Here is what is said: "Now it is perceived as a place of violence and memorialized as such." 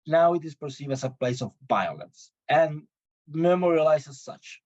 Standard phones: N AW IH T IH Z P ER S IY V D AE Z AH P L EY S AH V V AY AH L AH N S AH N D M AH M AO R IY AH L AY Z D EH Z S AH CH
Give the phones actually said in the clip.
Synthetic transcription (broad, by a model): N AW IH T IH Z P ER S IY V AE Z AH P L EY S AH V V AY AH L AH N S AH N M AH M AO R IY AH L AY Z IH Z S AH CH